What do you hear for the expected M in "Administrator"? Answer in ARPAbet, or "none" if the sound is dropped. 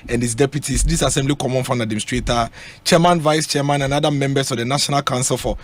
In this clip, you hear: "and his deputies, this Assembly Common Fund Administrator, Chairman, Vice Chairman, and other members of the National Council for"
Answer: none